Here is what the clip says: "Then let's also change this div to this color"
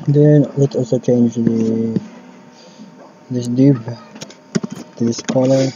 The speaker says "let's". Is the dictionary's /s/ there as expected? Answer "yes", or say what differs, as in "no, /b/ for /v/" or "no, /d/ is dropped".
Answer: no, /s/ is dropped